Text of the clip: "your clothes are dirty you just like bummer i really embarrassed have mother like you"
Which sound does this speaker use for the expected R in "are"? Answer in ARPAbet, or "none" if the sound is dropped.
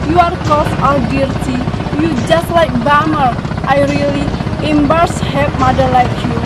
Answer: L